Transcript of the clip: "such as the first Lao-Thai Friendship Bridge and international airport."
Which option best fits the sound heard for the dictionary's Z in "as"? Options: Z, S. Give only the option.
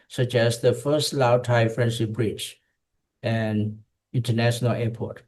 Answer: S